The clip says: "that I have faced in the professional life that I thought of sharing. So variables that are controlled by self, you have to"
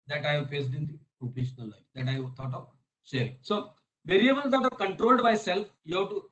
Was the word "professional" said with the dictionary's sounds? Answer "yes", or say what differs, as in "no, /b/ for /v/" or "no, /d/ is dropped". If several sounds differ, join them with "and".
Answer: no, /ɹ/ is dropped